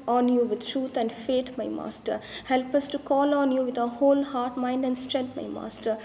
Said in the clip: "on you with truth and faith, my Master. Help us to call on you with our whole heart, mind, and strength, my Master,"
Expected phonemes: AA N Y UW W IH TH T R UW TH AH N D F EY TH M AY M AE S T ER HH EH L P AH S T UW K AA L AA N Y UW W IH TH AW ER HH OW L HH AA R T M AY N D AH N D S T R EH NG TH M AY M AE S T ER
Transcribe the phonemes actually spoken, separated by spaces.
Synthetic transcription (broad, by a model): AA N Y UW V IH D T R UW T AH N D F EY T M AY M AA S T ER HH EH L P AH S T UW K AA L AA N Y UW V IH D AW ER HH OW L HH AA R T M AY N D AH N D S T R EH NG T M AY M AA S T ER